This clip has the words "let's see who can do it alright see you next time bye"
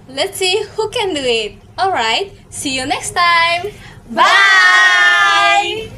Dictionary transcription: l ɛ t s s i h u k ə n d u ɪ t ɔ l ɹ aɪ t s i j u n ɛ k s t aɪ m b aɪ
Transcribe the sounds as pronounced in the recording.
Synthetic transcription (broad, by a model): l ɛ t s s i h u k ə n d u ɪ t ɔ l ɹ aɪ t s i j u n ɛ k s t aɪ m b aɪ